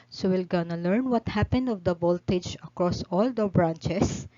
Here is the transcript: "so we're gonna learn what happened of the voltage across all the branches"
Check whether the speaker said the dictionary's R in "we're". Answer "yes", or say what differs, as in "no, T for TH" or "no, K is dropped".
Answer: no, L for R